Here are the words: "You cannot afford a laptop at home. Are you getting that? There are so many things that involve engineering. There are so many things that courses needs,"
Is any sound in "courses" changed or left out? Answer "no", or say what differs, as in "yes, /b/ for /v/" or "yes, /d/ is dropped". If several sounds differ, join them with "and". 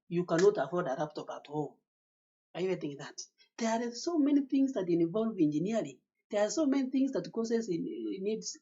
yes, /z/ is dropped